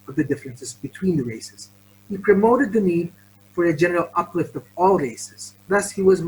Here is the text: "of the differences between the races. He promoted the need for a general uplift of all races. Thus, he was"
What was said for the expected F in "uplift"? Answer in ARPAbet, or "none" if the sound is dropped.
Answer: F